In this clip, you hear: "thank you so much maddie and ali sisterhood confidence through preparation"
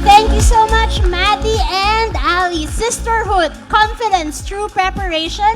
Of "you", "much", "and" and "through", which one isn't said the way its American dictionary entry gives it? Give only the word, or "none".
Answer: through